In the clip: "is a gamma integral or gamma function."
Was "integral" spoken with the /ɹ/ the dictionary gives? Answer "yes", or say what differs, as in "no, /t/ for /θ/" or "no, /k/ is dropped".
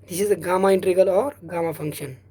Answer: no, /ɹ/ is dropped